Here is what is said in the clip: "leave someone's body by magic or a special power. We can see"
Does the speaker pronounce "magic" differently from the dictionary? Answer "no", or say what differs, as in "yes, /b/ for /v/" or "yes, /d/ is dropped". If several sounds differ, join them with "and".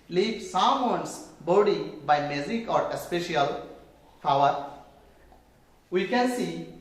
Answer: yes, /z/ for /dʒ/